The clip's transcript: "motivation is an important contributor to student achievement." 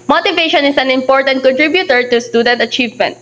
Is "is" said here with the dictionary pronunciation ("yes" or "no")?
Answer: no